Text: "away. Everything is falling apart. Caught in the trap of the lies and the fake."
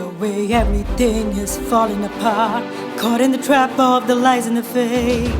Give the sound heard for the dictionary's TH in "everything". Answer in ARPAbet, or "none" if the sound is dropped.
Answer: TH